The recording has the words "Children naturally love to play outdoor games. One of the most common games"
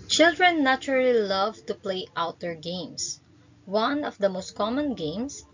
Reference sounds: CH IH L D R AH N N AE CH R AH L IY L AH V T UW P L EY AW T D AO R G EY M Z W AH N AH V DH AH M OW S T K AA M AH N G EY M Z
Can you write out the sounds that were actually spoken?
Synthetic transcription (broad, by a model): CH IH L D R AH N N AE CH R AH L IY L AH V T UW P L EY AW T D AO R G EY M S W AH N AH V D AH M OW S T K AA M AH N G EY M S